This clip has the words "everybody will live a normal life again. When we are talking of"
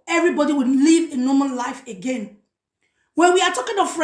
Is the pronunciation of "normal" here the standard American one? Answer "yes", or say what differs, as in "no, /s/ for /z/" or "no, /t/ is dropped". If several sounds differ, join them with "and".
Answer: no, /n/ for /l/